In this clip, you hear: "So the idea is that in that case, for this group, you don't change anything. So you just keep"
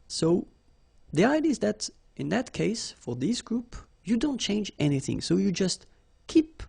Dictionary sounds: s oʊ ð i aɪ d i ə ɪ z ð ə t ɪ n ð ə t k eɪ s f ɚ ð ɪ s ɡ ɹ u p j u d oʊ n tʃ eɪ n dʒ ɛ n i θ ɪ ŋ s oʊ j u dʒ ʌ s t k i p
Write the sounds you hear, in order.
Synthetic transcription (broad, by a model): s oʊ ð i aɪ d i ɪ z ð ə t ɪ n ð ə t k eɪ s f ɚ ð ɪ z ɡ ɹ u p j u d oʊ n tʃ eɪ n dʒ ɛ n i θ ɪ ŋ s oʊ j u dʒ ʌ s t k i p